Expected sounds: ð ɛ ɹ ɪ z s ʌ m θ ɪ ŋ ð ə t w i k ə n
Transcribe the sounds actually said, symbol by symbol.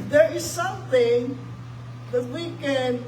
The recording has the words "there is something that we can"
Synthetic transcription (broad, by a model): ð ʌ ɹ ɪ z s ʌ m θ ɪ ŋ ð ə t w i k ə n